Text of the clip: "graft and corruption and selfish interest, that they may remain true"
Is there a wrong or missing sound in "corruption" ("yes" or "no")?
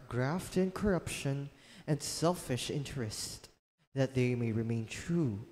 no